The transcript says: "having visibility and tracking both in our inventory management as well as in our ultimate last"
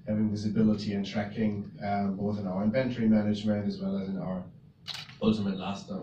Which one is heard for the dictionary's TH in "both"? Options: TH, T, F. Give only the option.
TH